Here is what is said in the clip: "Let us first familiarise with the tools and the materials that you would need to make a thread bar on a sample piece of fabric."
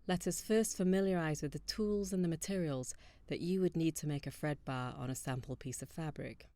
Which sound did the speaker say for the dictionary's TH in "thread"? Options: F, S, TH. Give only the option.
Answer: F